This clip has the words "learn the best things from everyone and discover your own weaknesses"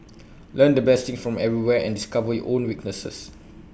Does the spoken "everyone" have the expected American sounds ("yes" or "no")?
no